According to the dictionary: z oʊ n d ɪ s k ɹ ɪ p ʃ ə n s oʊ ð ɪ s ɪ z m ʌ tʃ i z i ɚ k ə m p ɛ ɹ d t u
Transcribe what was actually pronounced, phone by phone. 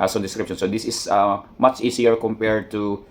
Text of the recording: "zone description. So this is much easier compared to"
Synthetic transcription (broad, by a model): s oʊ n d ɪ s k ɹ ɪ p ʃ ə n s oʊ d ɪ s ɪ s m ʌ tʃ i s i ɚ k ə m p ɛ ɹ d t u